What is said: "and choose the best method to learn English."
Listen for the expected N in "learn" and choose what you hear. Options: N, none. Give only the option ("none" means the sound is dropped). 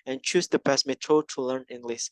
N